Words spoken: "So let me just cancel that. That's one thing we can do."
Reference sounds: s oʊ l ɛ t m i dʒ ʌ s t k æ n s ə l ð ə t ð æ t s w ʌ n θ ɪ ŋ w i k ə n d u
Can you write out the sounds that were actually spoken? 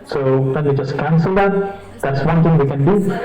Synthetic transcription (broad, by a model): s oʊ w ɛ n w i dʒ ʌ s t k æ n s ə l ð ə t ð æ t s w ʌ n t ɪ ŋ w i k ə n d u